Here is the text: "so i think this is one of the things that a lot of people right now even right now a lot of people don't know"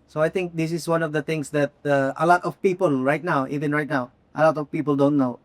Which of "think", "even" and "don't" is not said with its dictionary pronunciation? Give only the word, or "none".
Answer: think